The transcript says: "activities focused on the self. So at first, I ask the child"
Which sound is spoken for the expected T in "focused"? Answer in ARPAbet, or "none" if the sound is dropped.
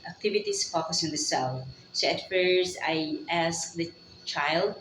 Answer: none